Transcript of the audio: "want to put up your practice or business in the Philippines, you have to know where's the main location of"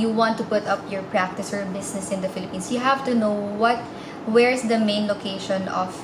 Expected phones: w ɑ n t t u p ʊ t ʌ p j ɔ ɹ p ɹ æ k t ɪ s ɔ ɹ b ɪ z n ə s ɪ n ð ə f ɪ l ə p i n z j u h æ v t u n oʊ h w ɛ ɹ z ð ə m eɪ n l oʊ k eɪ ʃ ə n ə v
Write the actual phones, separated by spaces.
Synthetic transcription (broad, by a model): w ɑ n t t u p ʊ t ʌ p j ɔ ɹ p ɹ æ k t ɪ s ɔ ɹ b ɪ s n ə s ɪ n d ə f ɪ l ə p i n s j u h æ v t u n oʊ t w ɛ ɹ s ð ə m eɪ n l oʊ k eɪ ʃ ə n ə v